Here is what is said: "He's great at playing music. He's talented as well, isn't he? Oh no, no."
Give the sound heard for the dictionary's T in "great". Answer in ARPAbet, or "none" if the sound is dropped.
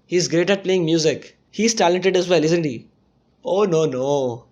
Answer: T